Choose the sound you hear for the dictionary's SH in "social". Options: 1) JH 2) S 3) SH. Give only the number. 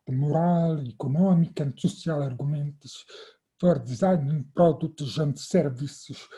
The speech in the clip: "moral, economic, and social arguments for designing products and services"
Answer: 2